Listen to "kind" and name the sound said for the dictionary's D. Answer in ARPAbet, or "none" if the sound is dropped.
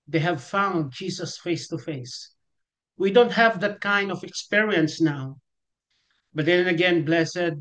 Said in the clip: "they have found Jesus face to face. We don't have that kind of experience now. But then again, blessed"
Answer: D